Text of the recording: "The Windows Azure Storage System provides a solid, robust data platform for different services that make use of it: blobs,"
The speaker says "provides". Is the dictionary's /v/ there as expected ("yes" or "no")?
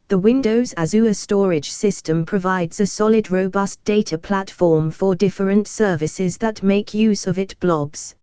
yes